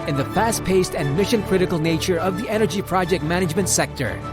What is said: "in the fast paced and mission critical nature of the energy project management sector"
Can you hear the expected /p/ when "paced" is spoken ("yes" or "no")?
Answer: yes